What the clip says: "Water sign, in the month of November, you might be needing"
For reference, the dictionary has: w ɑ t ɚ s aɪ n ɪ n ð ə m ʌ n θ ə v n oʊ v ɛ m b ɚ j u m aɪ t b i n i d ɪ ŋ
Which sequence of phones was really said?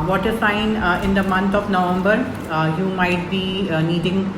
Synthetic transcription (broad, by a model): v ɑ t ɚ s aɪ n ɪ n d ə m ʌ n t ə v n oʊ v ɛ m b ɚ j u m aɪ t b i n i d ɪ ŋ